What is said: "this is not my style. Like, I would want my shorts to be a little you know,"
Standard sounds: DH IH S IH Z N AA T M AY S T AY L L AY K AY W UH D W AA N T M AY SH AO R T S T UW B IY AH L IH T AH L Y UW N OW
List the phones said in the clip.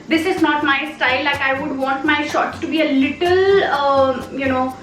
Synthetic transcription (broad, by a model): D IH S IH Z N AA T M AY S T AY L L AY K AY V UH D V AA N T M AY SH AO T T UW B IY AH L IH T AH L Y UW N OW